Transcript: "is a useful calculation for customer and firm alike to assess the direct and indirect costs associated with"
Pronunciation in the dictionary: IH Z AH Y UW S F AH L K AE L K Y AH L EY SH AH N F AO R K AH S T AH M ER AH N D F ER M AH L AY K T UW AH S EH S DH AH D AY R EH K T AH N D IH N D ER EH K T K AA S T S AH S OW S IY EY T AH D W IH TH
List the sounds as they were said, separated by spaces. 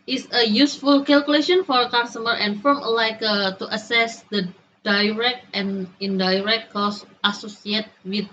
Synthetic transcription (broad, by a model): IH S AH Y UW S F AH L K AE L K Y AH L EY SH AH N F AO R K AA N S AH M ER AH N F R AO M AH L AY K T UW AH S EH S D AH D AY R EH K T AH N D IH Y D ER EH K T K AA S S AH S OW S IY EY T W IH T